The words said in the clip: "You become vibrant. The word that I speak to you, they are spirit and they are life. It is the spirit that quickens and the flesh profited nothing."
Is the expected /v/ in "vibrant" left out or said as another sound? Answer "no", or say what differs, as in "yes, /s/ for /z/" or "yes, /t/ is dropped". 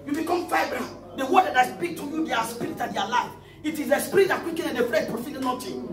yes, /f/ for /v/